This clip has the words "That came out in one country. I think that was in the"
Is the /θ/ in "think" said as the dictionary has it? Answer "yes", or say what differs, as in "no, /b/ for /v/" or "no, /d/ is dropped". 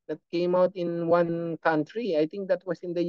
no, /t/ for /θ/